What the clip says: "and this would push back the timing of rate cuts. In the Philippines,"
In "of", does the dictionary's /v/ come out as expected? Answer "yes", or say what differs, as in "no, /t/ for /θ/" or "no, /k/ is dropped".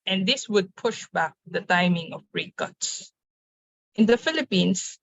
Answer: no, /b/ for /v/